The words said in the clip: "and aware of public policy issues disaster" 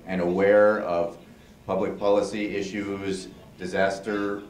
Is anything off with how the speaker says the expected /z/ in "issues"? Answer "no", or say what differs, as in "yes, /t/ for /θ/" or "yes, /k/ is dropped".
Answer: no